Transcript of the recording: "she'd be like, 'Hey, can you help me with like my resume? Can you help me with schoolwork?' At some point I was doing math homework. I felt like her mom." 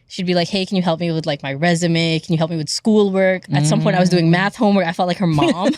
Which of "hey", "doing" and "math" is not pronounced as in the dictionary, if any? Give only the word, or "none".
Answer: none